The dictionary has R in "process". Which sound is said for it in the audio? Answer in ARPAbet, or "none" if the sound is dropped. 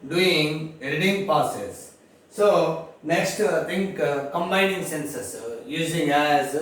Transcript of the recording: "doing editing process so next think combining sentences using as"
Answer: none